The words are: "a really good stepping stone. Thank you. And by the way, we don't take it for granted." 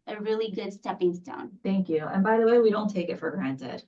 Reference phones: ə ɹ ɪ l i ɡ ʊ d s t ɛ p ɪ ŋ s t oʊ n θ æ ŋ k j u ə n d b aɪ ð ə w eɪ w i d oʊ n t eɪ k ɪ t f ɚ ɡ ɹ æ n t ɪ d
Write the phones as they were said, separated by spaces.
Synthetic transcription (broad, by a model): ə ɹ ɪ l i ɡ ʊ d s t ɛ p ɪ ŋ s t oʊ n θ æ ŋ k j u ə n b aɪ ð ə w eɪ w i d oʊ n t eɪ k ɪ t f ɚ ɡ ɹ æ n t ɪ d